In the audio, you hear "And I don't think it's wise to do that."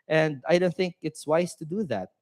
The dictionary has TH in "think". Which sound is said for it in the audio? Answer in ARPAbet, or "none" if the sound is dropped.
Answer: TH